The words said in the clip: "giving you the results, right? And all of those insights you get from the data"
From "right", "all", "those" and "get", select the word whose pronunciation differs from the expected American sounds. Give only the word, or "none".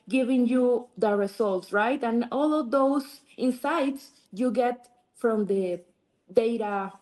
those